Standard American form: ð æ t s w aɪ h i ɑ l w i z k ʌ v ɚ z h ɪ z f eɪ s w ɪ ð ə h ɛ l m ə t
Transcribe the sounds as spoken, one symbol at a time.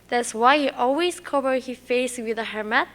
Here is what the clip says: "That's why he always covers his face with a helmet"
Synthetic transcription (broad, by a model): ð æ t s w aɪ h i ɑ l w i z k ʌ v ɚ h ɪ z f eɪ s w ɪ ð ə h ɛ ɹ m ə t